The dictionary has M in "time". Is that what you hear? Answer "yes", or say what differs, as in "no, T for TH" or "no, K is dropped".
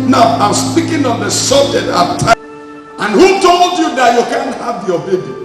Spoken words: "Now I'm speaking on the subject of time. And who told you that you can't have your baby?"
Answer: no, M is dropped